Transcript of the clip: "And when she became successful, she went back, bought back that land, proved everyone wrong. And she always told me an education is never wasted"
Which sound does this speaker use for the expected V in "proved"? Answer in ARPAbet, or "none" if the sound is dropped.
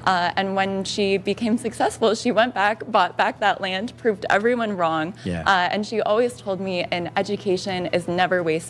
V